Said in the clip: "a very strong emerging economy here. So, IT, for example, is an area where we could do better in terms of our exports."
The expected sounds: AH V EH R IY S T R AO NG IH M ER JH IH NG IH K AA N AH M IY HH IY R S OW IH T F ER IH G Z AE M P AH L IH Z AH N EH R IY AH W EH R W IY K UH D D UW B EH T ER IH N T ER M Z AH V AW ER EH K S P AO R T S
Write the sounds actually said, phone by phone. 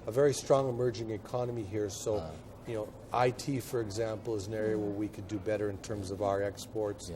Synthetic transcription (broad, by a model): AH V EH R IY S T R AO NG IH M ER JH IH NG IH K AA N AH M IY HH IY R S OW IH T F ER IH G Z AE M P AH L IH Z AH N EH R IY AH W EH R W IY K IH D D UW B EH T ER IH N T ER M Z AH V AW ER EH K S P AO R T S